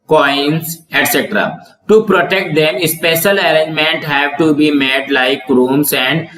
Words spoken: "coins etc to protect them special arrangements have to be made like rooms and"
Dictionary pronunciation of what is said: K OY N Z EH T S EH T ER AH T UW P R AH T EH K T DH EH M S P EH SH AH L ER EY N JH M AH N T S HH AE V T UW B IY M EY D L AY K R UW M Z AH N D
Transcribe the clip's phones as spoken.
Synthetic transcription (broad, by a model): K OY N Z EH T S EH T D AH T UW P R AH T EH K T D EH M S P EH SH AH L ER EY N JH M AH N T HH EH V T UW B IY M EY D L AY K R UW M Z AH N D